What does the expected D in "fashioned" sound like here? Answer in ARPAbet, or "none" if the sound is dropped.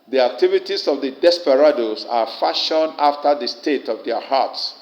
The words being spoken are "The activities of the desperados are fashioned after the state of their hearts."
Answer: none